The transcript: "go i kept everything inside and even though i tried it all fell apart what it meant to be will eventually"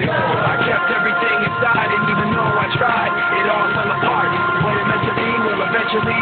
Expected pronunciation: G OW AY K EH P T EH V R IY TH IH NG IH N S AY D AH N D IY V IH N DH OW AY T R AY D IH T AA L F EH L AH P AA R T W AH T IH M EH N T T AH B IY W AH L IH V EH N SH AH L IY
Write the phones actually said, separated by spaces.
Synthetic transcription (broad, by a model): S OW AY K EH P T EH V R IY TH IH NG IH N S AY D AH N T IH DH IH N OW AY T R AY D IH T AA L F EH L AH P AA R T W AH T IH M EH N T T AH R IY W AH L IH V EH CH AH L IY